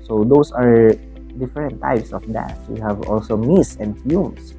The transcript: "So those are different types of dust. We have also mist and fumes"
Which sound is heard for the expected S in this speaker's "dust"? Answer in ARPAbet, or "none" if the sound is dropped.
none